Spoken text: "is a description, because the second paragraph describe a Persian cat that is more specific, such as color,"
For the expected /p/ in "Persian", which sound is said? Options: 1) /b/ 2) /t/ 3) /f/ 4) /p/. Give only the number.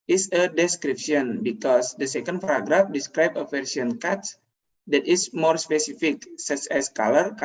3